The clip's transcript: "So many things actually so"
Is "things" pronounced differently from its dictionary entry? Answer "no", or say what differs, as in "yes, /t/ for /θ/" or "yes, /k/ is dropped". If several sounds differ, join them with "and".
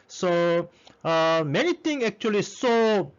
yes, /t/ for /θ/ and /z/ is dropped